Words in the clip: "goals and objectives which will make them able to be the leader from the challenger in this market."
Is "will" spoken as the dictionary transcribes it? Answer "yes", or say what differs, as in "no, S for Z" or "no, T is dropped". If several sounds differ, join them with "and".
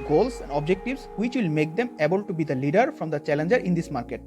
yes